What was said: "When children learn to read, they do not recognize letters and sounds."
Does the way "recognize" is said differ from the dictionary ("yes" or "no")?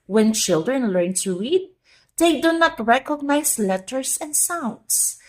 yes